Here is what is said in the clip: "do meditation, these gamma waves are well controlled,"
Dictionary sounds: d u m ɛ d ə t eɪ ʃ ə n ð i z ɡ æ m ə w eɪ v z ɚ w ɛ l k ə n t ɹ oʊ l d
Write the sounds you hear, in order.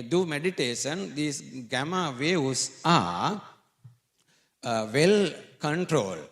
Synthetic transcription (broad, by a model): d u m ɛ d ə t eɪ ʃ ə n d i s ɡ æ m ə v eɪ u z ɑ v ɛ l k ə n t ɹ oʊ l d